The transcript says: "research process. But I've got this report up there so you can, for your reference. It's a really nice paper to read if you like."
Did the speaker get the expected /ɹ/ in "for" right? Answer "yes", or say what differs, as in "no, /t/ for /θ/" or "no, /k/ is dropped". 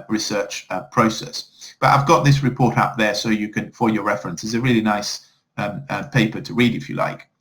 no, /l/ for /ɹ/